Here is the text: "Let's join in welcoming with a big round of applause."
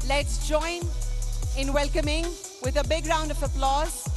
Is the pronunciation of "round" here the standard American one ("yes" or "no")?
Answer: yes